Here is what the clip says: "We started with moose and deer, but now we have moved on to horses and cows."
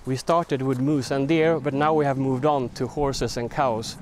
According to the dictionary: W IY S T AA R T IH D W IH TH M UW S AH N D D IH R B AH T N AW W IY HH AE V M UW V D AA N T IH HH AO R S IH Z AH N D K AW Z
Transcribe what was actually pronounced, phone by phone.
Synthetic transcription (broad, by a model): W IY S T AA R T IH D W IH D M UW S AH N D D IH R B AH T N AW W IY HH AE V M UW V D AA N T IH HH AO R S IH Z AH N K AW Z